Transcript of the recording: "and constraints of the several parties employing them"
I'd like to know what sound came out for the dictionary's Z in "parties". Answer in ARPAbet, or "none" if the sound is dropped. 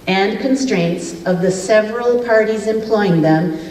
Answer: Z